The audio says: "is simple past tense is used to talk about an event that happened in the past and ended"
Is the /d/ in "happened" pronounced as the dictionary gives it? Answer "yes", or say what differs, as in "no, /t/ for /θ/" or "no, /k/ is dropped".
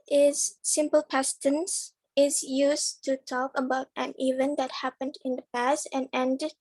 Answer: yes